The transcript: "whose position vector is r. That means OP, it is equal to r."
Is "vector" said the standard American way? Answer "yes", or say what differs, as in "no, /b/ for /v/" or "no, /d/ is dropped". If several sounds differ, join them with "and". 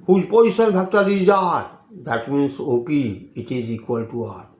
no, /b/ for /v/